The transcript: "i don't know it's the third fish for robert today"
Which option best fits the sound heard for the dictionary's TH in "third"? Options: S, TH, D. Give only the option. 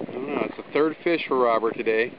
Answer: TH